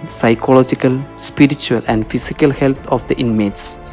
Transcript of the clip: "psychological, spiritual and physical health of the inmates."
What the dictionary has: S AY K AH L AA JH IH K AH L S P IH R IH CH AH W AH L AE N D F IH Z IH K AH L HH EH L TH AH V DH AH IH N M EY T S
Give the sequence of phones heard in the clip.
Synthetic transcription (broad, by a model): S AY K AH L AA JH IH K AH L S P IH R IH CH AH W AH L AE N D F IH S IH K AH L HH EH L T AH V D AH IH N M EY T S